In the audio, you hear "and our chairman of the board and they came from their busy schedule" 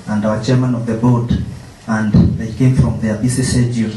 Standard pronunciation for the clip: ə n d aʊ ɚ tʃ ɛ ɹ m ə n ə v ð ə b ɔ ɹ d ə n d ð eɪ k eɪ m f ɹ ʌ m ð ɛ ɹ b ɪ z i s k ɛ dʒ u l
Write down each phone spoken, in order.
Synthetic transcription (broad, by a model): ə n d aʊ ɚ tʃ ɛ ɹ m ə n ə v ð ə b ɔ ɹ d ə n d ð eɪ k eɪ m f ɹ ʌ m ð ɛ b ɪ s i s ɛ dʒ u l